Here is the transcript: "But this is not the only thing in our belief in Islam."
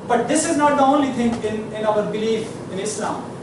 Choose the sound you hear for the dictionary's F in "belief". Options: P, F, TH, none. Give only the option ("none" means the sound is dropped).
F